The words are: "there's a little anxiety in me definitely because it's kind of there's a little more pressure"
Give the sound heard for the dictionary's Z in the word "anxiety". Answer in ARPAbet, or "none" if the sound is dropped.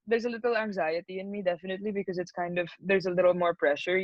Z